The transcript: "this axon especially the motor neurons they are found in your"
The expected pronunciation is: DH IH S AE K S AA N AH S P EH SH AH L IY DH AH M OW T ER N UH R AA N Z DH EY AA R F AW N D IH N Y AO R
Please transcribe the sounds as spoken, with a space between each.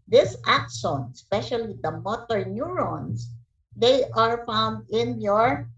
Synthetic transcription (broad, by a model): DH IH S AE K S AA N AH S P EH SH AH L IY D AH M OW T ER N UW R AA N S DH EY AA R F AW N D IH N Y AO R